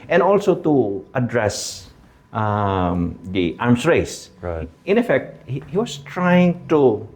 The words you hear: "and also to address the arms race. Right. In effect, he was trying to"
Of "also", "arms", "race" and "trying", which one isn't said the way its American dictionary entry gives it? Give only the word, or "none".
arms